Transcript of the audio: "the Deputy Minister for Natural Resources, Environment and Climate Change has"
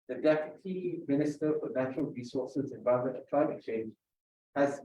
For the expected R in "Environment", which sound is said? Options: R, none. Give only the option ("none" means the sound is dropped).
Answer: none